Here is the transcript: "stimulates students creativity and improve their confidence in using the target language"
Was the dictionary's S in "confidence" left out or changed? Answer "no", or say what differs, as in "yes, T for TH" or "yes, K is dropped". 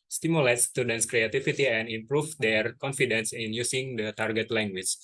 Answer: no